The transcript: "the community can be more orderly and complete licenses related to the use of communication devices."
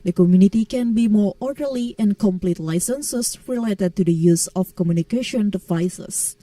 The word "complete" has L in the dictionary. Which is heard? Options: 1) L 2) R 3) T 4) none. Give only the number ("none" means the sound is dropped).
1